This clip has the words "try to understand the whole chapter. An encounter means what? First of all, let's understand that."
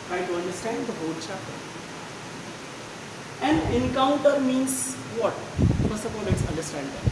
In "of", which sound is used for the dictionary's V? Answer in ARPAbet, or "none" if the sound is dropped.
P